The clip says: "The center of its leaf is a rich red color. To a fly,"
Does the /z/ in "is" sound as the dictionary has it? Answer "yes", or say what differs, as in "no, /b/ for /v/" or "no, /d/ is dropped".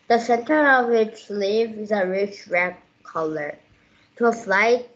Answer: yes